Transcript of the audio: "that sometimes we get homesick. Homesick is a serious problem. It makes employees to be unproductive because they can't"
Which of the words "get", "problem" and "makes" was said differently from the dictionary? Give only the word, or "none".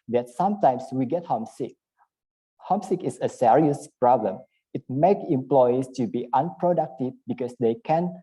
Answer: makes